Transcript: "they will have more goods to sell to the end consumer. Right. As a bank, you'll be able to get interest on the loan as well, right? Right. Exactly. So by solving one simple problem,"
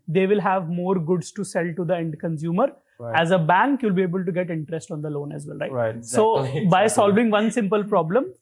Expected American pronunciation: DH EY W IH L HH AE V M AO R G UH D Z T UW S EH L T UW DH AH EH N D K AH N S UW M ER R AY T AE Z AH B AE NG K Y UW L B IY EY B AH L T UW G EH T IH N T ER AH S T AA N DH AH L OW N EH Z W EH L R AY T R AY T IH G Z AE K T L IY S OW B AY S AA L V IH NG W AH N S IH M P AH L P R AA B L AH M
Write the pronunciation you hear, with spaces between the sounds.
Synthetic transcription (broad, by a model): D EY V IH L HH AE V M AO R G UH D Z T UW S EH L T UW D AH EH N D K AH N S UW M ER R T AE Z AH B AE NG K Y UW L B IY EY B AH L T UW G EH T IH N T ER AH S T AA N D AH L OW N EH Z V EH L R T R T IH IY S OW B AY S AA L V IH NG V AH N S IH M P AH L P R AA B L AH M